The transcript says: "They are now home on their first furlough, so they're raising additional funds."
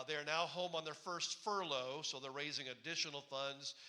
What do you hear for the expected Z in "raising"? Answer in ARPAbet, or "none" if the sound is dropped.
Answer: Z